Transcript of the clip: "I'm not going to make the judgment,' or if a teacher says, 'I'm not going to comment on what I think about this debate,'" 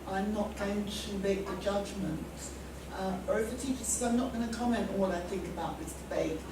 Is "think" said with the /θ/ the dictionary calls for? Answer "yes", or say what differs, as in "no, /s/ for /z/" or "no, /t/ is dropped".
yes